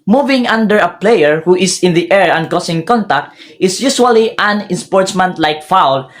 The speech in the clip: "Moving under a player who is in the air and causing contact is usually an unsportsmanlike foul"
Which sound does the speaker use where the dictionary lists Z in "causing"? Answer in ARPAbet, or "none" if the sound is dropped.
S